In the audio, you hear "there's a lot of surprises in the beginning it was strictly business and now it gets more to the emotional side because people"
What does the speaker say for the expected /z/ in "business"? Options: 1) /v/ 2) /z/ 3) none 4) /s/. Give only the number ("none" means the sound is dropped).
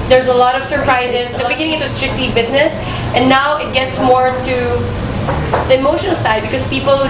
2